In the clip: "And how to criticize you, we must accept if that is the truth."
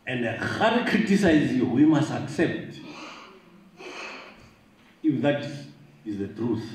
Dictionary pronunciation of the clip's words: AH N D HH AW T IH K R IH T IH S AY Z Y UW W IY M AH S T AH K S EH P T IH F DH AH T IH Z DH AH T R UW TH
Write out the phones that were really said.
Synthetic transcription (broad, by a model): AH N D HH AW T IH K R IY T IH S AY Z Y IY W IY M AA S T AH K S EH P T IH F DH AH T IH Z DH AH T R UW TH